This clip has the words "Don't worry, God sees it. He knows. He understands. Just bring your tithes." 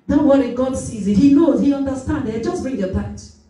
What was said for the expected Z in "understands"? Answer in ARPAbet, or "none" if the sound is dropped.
none